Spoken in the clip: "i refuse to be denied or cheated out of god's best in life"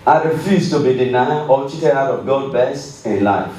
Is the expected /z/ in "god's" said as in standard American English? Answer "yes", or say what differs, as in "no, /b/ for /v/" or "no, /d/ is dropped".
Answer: no, /z/ is dropped